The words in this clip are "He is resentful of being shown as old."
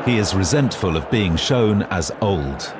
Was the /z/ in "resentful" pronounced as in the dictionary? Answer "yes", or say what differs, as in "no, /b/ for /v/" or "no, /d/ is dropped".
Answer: yes